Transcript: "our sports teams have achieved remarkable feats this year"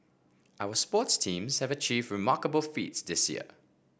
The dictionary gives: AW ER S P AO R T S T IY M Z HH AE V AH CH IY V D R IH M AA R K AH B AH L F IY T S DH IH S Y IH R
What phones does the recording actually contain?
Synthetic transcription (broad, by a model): AW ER S P AO T S T IY M Z HH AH V AH CH IY V D R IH M AA K AH B AH L F IY T S DH IH S Y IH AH